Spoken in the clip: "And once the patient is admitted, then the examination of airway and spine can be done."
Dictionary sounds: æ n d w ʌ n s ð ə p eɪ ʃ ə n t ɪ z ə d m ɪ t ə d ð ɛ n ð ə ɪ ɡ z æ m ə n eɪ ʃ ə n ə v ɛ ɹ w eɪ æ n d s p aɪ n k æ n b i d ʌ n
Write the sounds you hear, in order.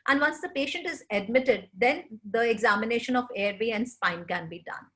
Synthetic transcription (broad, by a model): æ n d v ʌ n s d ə p eɪ ʃ ə n t ɪ z ə d m ɪ t ə d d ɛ n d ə ɪ ɡ z æ m ə n eɪ ʃ ə n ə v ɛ ɹ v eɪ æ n d s p aɪ n k æ n b i d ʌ n